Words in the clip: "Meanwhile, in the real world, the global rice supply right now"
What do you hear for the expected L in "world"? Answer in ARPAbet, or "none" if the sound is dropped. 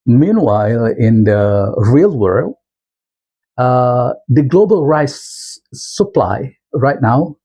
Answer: L